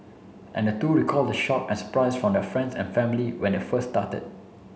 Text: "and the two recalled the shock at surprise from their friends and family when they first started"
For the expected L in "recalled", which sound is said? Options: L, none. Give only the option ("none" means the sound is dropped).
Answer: L